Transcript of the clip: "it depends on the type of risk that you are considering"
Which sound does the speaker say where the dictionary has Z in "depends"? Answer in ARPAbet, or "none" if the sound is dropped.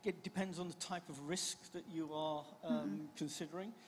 Z